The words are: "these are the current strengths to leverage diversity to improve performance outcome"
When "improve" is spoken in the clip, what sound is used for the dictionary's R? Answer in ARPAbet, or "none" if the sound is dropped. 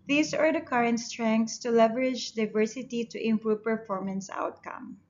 R